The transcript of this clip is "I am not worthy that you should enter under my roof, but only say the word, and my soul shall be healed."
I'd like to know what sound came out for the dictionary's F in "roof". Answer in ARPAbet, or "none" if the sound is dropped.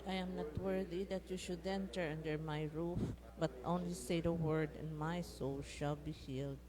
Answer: F